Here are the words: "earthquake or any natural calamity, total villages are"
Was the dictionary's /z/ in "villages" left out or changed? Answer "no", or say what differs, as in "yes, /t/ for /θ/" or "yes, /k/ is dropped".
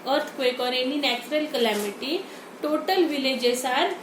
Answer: yes, /s/ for /z/